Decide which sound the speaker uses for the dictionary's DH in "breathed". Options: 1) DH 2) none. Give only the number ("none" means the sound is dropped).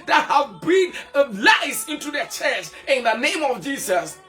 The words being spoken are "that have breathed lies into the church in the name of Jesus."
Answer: 2